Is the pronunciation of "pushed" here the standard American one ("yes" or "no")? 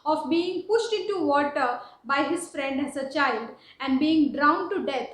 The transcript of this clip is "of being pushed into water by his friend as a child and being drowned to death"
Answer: yes